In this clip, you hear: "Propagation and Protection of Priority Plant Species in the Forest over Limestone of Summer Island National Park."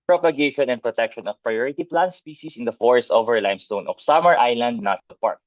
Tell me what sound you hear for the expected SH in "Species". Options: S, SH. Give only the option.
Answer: S